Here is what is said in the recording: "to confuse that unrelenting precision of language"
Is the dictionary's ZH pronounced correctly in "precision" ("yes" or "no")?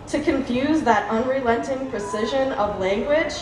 yes